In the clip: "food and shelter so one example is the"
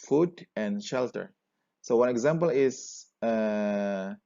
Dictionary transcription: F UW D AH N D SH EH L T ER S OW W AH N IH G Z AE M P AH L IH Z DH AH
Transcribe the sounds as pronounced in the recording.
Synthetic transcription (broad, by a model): F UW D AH N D SH EH L T ER S OW W AH N IH G Z AE M P AH L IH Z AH